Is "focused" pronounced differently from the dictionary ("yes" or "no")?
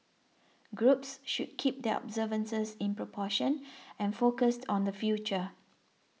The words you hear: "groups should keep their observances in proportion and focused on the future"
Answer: no